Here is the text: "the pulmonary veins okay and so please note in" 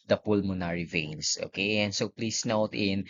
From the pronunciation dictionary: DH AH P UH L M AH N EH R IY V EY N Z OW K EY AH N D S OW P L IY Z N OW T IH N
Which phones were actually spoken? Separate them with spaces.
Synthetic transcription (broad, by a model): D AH P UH L M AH N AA R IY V EY N S OW K EY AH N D S OW P L IY S N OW T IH N